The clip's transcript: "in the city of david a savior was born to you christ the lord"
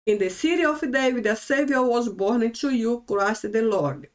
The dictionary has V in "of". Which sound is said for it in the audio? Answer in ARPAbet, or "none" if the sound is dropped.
F